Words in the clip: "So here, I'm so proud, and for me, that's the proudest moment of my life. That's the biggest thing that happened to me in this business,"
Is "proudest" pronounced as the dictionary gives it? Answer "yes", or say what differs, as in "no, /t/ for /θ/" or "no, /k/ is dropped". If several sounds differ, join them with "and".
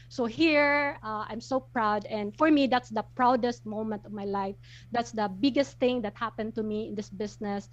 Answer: yes